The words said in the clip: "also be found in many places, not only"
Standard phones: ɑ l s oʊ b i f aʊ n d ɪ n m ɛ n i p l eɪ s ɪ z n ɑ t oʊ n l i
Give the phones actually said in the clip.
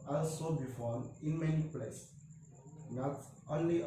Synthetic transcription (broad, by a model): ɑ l s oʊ b i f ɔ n ɪ n m ɛ n i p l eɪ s n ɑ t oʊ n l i